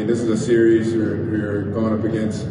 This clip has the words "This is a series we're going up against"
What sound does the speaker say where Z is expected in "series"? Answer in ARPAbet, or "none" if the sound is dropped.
Z